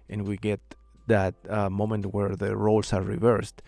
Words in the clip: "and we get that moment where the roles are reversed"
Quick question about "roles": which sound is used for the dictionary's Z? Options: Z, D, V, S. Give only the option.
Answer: S